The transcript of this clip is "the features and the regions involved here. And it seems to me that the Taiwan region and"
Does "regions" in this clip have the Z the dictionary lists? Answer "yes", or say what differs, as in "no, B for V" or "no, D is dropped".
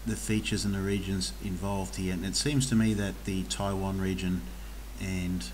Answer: yes